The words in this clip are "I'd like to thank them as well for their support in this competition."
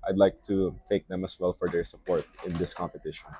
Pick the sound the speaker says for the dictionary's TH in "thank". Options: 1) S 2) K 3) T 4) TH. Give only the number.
3